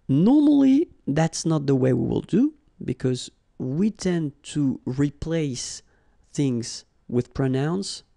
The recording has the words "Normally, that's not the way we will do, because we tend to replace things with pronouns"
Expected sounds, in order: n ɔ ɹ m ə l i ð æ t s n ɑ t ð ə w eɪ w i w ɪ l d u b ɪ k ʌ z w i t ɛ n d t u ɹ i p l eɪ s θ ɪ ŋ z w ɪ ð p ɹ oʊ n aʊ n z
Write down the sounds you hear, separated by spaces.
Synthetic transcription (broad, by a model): n ɔ ɹ m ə l i ð æ t s n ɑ t ð ə w eɪ w i w ɪ l d u b ɪ k ʌ z w i t ɛ n t u ɹ i p l eɪ s θ ɪ ŋ z w ɪ ð p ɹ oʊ n aʊ n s